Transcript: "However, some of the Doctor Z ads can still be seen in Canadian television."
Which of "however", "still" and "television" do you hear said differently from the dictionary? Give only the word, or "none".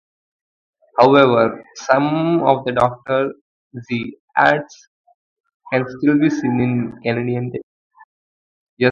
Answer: television